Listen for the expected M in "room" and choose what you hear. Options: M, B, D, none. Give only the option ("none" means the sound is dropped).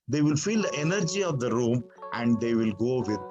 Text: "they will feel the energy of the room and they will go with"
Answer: M